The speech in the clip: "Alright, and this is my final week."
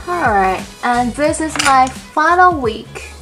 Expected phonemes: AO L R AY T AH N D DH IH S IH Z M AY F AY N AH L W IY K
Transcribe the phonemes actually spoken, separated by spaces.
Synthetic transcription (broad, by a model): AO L R AY T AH N DH IH S IH Z M AY F AY N L W IY K